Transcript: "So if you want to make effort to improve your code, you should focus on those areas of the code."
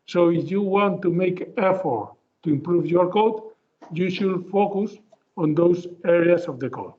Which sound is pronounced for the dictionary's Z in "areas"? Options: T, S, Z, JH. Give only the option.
S